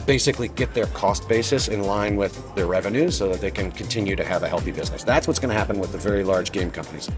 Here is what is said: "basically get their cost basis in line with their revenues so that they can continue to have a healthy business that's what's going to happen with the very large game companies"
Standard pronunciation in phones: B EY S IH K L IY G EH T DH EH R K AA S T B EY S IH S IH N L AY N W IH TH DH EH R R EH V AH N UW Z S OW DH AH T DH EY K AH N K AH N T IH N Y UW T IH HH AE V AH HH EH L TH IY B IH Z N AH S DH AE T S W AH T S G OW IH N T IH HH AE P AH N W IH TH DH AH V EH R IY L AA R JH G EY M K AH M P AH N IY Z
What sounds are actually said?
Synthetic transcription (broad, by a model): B EY S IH K L IY G EH T DH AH R K AA S T B EY S IH S IH N L AY N W IH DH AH R R EH V AH N UW Z S OW DH AH T DH EY K AH N K AH N T IH N Y UW T IH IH V AH HH EH L TH IY B IH Z N AH S DH AE T S W AH T S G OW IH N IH HH AE P AH N W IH DH AH V EH R IY L AA R JH G EY M K AH M P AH N IY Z